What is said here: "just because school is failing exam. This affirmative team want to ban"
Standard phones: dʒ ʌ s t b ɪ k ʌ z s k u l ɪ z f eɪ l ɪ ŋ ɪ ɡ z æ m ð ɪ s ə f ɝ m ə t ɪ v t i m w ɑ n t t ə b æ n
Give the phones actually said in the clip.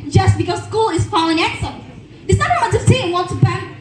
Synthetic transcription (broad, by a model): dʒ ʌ s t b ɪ k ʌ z s k u l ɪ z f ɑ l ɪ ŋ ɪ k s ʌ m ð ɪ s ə ɝ ə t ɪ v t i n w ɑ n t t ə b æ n